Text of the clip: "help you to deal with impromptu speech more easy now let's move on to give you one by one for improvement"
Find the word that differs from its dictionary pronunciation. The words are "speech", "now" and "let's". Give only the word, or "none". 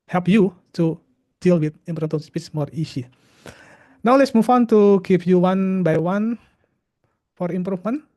speech